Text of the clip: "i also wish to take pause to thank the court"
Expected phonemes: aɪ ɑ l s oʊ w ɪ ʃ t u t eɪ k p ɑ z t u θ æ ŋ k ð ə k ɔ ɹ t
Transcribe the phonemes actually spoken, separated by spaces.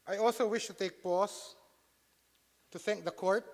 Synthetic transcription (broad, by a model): aɪ ɑ l s oʊ w ɪ ʃ t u t eɪ k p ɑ s t u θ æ ŋ k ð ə k ɔ ɹ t